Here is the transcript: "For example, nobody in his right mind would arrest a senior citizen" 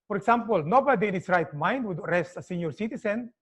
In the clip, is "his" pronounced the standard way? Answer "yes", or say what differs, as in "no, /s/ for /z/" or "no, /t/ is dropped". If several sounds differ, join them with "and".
no, /s/ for /z/